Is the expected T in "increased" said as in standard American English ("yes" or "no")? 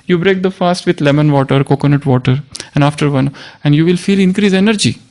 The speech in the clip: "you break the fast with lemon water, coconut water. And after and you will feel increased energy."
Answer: no